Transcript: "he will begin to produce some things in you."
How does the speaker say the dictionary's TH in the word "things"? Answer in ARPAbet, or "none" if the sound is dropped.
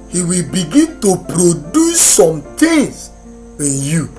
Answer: T